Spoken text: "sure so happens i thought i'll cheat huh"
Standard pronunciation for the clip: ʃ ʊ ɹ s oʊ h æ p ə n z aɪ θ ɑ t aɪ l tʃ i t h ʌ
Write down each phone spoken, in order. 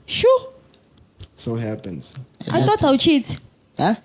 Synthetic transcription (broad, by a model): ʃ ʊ s oʊ h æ p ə n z aɪ t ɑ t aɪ w tʃ i t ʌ